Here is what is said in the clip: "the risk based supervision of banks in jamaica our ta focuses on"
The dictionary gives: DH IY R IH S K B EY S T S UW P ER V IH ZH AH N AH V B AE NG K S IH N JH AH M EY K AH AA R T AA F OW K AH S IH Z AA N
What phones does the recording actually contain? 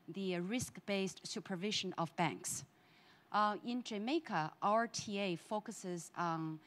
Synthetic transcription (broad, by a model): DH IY R IH S K B EY S T S UW P ER V IH ZH AH N AH V B AE NG K S IH N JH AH M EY K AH AA R T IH F OW K AH S IH Z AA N